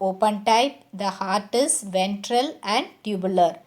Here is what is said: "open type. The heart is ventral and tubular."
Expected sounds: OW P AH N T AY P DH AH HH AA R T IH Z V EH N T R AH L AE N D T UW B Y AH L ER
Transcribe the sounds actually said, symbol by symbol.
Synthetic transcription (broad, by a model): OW P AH N T AY P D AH HH AA R T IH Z V EH N T R AH L AE N D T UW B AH L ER